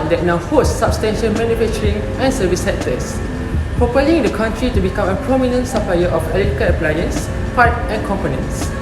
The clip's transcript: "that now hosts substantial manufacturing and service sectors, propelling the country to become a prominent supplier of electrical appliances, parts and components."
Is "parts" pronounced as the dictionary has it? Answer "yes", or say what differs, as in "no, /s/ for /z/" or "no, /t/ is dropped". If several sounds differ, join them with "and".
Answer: no, /s/ is dropped